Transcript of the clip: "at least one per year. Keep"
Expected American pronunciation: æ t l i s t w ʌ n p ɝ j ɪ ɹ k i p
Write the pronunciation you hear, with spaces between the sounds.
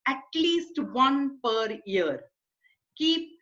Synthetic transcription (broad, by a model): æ t l i s t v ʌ n p ɝ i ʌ ɹ k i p